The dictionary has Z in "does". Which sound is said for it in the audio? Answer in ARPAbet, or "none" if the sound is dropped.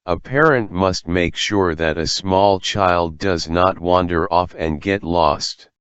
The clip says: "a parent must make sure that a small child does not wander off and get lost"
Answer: Z